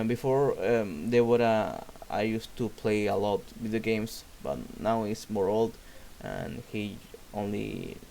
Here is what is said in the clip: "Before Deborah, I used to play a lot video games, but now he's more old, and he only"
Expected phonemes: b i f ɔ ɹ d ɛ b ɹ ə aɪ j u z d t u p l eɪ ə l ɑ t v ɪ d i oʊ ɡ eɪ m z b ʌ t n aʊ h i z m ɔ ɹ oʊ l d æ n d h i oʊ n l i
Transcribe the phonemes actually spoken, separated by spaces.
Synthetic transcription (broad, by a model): b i f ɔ ɹ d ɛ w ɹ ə aɪ j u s t u p l eɪ ə l ɑ t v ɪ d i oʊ ɡ eɪ m s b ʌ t n aʊ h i s m ɔ ɹ oʊ l d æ n h i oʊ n l i